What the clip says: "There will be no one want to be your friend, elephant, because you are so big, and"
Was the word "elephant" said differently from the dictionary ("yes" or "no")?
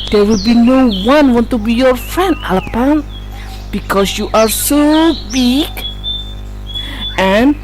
yes